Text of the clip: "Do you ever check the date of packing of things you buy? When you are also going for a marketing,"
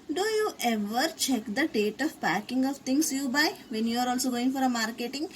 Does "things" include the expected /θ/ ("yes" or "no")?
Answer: no